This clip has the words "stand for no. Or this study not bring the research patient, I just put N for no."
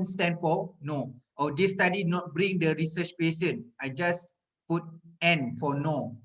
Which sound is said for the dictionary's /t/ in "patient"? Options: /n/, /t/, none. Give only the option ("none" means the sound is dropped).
none